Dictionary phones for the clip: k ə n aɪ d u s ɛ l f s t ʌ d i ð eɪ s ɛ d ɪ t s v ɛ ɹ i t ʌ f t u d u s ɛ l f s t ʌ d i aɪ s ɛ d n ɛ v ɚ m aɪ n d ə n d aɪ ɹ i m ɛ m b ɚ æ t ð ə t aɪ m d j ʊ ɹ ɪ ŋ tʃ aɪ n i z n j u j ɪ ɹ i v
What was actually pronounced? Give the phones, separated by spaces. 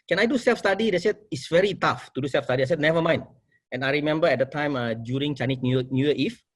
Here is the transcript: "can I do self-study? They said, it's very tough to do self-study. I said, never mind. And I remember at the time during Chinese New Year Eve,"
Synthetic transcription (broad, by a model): k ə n aɪ d u s ɛ l f s t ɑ d i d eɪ s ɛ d ɪ t s v ɛ ɹ i t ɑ f t u d u s ɛ l f s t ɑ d i aɪ s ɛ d n ɛ v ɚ m aɪ n ə n aɪ ɹ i m ɛ m b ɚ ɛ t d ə t aɪ m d j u ɹ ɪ ŋ tʃ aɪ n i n n j u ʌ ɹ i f